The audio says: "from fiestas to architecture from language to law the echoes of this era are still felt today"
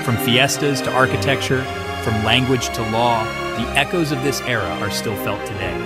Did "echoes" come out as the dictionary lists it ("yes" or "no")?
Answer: yes